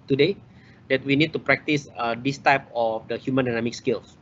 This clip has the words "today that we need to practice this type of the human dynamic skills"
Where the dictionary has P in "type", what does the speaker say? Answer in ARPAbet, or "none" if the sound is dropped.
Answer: P